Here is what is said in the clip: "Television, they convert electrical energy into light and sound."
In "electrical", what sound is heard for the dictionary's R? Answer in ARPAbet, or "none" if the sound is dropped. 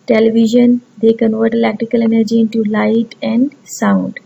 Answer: none